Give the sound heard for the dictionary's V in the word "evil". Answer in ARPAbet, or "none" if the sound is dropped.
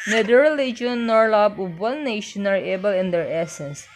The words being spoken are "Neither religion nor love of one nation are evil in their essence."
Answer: B